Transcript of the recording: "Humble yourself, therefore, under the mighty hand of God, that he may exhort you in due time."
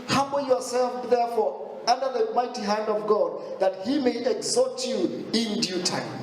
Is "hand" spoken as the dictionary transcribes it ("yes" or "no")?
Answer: yes